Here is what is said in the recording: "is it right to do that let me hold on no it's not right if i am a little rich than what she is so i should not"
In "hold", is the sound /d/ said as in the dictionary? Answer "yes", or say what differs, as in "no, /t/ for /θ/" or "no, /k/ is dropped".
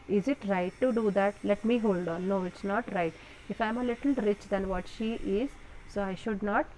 yes